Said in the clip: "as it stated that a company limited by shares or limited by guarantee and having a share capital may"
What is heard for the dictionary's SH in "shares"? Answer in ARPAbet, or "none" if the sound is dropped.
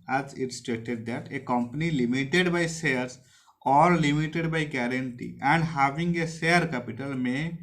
S